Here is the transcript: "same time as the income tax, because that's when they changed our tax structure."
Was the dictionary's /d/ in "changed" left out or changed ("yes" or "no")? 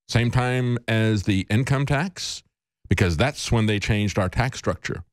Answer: no